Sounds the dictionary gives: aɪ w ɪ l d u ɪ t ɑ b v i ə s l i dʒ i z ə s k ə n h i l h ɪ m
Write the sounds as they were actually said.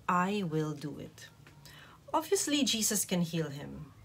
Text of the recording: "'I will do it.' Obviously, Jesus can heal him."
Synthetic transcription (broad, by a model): aɪ w ɪ l d u ɪ t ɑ v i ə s l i dʒ i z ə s k ə n h i l h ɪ m